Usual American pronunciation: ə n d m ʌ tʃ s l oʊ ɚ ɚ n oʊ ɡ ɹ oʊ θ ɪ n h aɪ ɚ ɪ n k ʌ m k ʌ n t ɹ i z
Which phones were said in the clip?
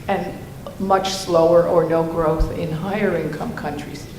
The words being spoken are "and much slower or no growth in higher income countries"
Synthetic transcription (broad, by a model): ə n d m ʌ tʃ s l oʊ ɚ ɚ n oʊ ɡ ɹ oʊ θ ɪ n h aɪ ɚ ɪ n k ʌ m k ʌ n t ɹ i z